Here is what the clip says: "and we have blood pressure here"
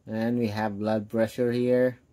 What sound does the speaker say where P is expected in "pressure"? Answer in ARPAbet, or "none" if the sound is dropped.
B